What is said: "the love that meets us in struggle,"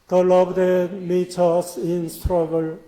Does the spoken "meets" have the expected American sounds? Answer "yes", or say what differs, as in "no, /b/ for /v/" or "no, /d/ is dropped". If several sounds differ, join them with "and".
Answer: no, /s/ is dropped